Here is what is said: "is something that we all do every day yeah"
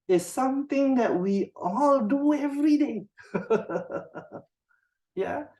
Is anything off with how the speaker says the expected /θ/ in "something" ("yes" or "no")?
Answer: yes